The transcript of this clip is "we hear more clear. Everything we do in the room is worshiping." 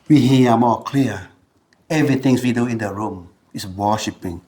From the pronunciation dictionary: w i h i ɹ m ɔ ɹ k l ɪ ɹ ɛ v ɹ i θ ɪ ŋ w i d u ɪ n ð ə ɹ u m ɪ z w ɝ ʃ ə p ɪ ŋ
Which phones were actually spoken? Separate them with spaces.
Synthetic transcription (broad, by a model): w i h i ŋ m ɔ k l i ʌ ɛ v ɹ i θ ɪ ŋ w i d u ɪ n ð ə ɹ u m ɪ s w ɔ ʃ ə p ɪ ŋ